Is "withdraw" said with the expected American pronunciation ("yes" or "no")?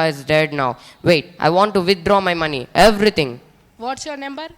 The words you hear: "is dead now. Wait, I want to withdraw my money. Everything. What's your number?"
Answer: no